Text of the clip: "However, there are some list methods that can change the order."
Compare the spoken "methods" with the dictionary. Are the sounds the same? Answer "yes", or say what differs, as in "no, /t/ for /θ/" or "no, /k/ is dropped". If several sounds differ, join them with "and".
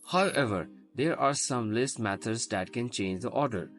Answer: no, /t/ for /θ/